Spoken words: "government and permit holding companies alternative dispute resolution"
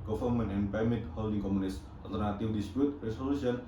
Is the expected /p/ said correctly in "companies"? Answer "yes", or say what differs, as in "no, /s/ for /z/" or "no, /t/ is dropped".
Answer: no, /p/ is dropped